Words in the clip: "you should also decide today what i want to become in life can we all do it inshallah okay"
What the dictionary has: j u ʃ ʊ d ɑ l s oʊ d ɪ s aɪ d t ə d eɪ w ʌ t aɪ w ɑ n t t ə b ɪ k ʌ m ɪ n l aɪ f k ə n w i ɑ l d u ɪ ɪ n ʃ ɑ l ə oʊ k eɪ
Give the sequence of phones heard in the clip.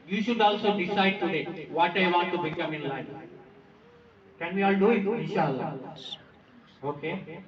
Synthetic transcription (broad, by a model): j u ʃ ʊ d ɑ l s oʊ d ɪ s aɪ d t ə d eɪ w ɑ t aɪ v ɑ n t t ə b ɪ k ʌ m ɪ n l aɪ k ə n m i ɑ l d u ɪ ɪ ʃ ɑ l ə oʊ k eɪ